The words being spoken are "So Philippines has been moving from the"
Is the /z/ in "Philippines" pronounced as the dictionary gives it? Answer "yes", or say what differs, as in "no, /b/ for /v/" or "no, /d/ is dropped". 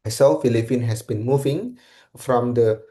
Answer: no, /z/ is dropped